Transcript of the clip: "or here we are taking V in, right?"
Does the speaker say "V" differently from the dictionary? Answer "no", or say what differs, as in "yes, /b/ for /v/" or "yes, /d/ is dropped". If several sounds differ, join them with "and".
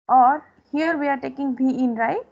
yes, /b/ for /v/